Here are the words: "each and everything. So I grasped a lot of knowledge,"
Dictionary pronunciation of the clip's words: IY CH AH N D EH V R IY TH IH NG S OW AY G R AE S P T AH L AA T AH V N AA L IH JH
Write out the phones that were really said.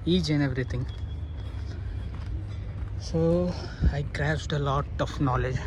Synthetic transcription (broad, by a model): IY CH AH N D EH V R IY T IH NG S OW AY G R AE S T AH L AA T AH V N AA L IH JH